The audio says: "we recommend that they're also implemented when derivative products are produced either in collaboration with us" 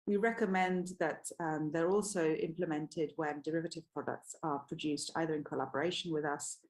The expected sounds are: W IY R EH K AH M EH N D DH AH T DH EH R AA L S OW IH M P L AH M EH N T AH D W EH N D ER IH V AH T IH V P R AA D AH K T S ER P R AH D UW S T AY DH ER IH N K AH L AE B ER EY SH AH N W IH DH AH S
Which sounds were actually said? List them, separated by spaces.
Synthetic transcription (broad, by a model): W IY R EH K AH M EH N DH AH T DH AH R AA L S OW IH M P L AH M EH N T AH D W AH N D ER IH V AH T IH V P R AA D AH K T S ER P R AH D UW S T AY DH ER IH N K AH L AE B ER EY SH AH N W IH DH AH S